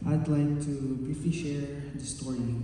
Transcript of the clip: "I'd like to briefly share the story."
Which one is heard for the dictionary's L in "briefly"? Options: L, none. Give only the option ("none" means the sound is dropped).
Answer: none